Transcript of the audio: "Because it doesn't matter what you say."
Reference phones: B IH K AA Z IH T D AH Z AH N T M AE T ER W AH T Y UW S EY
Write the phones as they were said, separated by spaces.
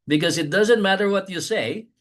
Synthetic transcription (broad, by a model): B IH K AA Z IH T D AH Z AH N T M AE T ER W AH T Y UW S EY